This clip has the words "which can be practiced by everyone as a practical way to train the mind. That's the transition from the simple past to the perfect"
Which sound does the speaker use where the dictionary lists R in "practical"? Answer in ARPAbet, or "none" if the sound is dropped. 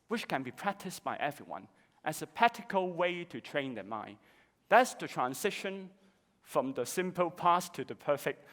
none